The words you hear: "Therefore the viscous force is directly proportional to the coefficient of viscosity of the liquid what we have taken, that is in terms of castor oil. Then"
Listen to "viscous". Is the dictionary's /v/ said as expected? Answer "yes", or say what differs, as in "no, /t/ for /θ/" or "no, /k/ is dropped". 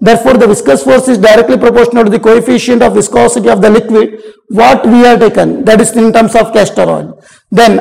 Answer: yes